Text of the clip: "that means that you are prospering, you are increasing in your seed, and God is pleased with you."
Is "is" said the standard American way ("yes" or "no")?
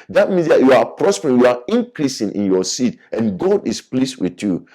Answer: no